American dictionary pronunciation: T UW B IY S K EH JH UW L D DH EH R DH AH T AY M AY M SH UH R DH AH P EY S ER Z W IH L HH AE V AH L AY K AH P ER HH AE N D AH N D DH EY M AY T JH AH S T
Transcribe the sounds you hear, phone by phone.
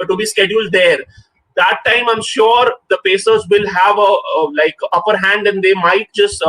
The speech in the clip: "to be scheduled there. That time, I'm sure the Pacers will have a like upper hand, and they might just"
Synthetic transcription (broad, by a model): T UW B IY S K EH JH UW L D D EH R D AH T AY M AY M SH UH R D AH P EY S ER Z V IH L HH AE V AH L AY K AH P ER HH AE N D AH N D EY M AY T JH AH S T